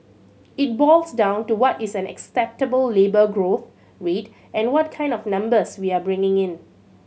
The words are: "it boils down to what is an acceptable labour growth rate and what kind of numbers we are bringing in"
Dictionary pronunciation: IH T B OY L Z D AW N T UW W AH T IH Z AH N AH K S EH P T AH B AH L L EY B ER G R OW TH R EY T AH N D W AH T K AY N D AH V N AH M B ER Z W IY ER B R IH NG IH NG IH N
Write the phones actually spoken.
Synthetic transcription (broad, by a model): IH T B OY L S D AW N T UW W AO T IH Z AH N AH K S EH P T AH B AH L L EY B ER G R OW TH R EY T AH N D W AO T K AY N D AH F N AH M B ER S W IY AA B R IH NG IH NG IH N